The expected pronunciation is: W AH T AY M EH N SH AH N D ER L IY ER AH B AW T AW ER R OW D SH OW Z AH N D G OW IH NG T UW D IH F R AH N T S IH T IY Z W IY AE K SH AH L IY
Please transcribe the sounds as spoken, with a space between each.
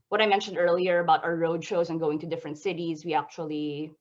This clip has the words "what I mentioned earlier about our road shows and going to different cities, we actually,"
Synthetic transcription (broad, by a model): W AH T AY M EH N SH AH N D ER L IY ER AH B AW T AW ER R OW D SH OW Z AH N G OW IH NG T UW D IH F R AH N T S IH T IY Z W IY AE K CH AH L IY